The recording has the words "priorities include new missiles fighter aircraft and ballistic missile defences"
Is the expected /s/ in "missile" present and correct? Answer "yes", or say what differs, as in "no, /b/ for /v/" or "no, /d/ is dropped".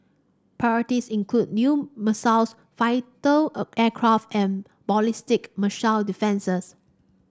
no, /ʃ/ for /s/